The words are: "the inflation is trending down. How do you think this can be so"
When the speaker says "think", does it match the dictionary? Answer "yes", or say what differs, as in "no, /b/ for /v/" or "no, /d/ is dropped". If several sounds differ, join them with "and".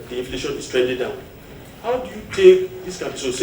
no, /t/ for /θ/ and /ŋ/ is dropped